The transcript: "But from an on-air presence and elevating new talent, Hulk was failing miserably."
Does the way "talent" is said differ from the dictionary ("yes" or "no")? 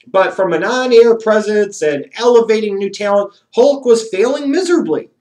yes